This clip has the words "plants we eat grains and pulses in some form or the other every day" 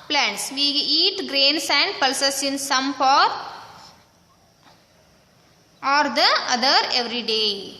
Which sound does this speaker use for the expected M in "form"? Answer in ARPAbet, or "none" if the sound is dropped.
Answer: none